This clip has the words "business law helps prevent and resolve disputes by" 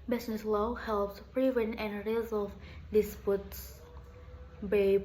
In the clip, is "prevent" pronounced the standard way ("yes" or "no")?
no